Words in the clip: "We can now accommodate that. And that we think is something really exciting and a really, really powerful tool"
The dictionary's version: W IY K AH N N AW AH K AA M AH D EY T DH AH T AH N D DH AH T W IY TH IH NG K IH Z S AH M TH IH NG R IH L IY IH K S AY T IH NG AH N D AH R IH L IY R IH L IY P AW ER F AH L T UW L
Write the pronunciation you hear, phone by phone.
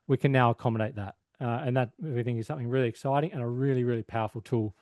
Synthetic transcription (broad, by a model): W IY K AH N N AW AH K AA M AH D EY T DH AH T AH N DH AH T W IY TH IH NG K IH Z S AH M TH IH NG R IH L IY IH K S AY T IH NG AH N AH R IH L IY R IH L IY P AW ER F L T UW L